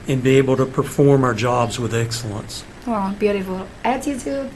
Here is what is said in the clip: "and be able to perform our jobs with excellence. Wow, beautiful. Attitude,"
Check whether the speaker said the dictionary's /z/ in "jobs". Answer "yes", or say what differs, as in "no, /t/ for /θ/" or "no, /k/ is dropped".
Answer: yes